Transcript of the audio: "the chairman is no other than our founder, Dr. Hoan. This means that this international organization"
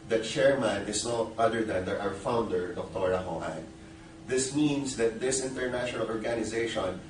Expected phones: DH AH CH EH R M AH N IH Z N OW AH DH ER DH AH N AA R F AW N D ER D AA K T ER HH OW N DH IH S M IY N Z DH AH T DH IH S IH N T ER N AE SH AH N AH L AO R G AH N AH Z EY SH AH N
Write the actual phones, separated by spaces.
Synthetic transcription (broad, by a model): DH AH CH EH R M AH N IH S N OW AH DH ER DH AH N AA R F AW N D ER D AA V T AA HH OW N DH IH S M IY N S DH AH T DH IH S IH N T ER N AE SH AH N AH L AO R G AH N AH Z EY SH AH N